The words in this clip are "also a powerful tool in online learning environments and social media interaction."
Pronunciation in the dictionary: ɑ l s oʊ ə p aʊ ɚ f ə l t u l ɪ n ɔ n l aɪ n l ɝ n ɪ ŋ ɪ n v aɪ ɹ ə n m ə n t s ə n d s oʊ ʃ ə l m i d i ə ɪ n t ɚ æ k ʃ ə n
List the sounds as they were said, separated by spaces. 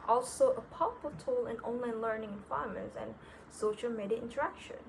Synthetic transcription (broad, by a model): ɑ l s oʊ ə p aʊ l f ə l t u l ɪ n ɔ n l aɪ n l ɝ n ɪ ŋ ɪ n f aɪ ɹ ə m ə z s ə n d s oʊ ʃ ə l m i d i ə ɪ n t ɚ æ k ʃ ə n